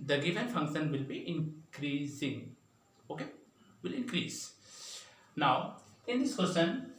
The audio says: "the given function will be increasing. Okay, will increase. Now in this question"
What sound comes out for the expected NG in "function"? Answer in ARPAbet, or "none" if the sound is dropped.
NG